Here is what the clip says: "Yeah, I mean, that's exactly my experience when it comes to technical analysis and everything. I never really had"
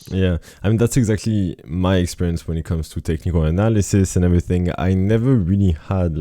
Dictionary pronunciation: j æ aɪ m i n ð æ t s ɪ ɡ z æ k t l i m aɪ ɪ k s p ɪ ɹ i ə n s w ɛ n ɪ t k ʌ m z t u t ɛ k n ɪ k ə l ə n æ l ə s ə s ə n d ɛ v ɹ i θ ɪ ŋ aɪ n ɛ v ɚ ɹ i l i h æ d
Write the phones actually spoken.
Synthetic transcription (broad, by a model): j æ aɪ m i n ð æ t s ɪ ɡ z æ k t l i m aɪ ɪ k s p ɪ ɹ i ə n s w ɛ n ɪ t k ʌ m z t u t ɛ k n ɪ k ə l ə n æ l ə s ə s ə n ɛ v ɹ i θ ɪ ŋ aɪ n ɛ v ɚ ɹ i l i h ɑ d